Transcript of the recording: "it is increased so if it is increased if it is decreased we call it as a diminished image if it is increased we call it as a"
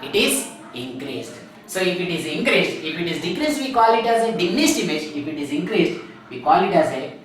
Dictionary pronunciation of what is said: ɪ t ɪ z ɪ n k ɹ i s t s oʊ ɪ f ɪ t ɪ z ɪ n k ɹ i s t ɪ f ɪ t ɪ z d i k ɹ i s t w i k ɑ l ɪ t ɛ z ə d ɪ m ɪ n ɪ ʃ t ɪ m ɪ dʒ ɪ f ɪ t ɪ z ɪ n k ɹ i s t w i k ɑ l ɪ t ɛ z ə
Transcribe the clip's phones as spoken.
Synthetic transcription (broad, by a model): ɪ t ɪ z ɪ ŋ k ɹ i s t s oʊ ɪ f ɪ t ɪ z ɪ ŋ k ɹ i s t ɪ f ɪ t ɪ z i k ɹ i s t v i k ɑ l ɪ t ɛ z ə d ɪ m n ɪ s t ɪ m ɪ dʒ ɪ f ɪ t ɪ z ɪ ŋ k ɹ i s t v i k ɑ l ɪ t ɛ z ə